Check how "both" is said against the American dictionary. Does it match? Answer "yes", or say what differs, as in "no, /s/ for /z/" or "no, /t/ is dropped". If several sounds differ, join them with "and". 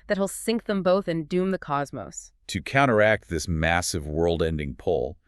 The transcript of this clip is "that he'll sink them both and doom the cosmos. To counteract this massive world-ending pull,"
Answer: yes